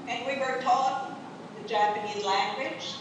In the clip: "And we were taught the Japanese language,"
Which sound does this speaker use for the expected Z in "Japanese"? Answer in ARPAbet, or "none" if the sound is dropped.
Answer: Z